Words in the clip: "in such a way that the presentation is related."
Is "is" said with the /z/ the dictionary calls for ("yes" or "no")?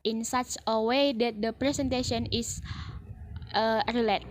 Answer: no